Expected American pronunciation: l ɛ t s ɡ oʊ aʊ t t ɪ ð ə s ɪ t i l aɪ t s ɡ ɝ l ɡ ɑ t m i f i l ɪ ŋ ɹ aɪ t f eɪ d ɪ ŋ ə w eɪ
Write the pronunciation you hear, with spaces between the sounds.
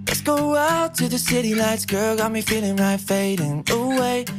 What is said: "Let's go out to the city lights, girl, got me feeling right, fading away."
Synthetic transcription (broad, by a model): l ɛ t s ɡ oʊ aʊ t t ɪ ð ə s ɪ t i n aɪ t s ɡ ɝ l ɡ ɑ t m i f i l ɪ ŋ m aɪ f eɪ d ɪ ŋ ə w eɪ